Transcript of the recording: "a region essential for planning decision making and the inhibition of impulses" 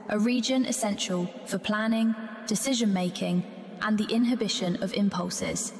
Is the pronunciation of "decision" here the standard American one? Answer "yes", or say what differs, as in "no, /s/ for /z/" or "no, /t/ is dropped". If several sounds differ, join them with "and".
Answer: yes